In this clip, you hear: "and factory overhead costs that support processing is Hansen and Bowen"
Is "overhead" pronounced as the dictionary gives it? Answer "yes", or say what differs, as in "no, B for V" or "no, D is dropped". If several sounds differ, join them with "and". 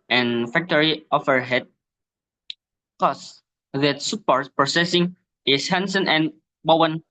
no, F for V